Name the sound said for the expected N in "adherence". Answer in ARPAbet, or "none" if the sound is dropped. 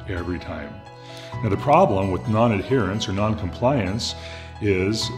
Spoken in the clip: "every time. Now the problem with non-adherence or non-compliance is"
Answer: N